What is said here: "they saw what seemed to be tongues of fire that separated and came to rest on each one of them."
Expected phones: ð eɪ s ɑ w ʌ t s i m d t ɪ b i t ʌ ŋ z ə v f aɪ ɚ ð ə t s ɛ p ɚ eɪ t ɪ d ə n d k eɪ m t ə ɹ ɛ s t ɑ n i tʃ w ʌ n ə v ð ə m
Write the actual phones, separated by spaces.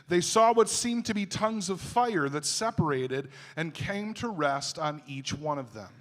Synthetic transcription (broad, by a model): ð eɪ s ɑ w ʌ t s i m t ɪ b i t ʌ ŋ z ə v f aɪ ɚ ð ə t s ɛ p ɚ eɪ t ɪ d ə n k eɪ m t ə ɹ ɛ s t n i tʃ w ʌ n ə v ð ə m